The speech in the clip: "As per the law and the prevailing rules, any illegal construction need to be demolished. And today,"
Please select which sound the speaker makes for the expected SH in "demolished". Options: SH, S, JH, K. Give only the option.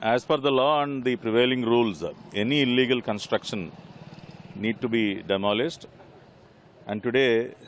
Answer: S